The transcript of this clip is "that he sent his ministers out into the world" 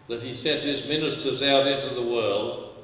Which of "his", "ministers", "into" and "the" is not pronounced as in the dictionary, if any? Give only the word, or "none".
none